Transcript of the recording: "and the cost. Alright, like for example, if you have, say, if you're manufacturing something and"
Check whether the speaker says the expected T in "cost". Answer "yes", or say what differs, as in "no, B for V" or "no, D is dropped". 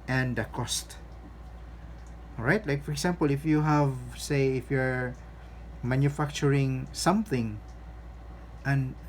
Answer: yes